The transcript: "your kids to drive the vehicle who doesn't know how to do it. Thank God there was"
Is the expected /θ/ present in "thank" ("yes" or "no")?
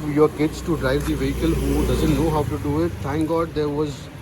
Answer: no